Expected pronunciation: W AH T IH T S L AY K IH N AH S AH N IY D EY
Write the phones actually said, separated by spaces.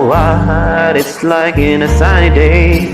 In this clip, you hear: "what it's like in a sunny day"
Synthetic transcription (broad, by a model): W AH T IH T S L AY K IH N AH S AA IY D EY